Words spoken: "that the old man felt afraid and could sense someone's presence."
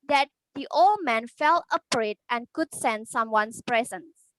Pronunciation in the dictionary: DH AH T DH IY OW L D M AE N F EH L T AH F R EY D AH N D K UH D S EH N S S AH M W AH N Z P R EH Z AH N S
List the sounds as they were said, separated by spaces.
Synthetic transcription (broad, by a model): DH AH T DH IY OW L D M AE N F EH L AH P R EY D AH N K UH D S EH N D S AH M W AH N S P R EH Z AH N S